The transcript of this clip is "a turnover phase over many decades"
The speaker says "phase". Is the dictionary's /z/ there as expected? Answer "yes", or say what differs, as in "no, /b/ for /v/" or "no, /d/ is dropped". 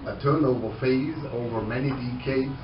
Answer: yes